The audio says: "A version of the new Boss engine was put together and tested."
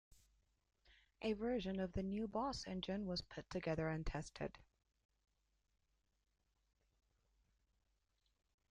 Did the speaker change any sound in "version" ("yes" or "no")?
no